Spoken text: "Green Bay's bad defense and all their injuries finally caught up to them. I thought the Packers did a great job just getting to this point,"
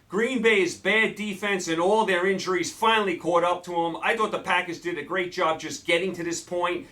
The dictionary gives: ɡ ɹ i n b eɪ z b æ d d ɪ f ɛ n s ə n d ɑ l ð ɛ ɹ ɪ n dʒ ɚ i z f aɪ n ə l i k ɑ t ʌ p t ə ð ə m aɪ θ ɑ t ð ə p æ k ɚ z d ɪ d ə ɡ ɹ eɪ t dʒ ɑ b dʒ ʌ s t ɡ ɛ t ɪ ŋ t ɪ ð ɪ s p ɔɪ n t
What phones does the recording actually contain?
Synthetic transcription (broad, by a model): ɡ ɹ i n b eɪ z b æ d d ɪ f ɛ n s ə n ɑ l ð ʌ ɹ ɪ n dʒ ɚ i z f aɪ n l i k ɑ t ʌ p t ə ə m aɪ θ ɑ t ð ə p æ k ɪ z d ɪ d ə ɡ ɹ eɪ t dʒ ɑ b dʒ ʌ s ɡ ɛ t ɪ ŋ t ɪ ð ɪ s p ɔɪ n t